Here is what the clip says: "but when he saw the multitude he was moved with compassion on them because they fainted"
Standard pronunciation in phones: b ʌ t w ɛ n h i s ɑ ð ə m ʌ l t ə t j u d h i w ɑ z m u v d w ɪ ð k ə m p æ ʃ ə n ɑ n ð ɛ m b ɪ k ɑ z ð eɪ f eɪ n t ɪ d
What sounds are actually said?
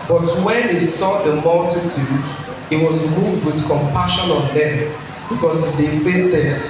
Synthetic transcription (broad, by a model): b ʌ t w ɛ n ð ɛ s ɑ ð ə m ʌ l t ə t j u d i w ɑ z m u v d w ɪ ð k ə m p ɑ ʃ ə n ɑ n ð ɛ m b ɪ k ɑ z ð eɪ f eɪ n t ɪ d